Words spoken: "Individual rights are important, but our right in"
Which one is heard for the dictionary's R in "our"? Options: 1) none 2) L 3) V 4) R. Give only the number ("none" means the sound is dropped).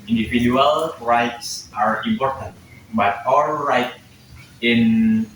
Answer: 2